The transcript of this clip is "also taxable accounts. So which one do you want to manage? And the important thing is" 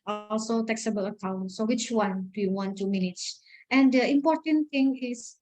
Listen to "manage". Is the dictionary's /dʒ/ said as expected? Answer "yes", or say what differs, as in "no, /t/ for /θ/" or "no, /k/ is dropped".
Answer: no, /tʃ/ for /dʒ/